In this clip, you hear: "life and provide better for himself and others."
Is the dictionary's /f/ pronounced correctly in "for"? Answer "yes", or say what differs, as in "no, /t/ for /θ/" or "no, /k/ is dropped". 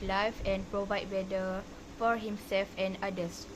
yes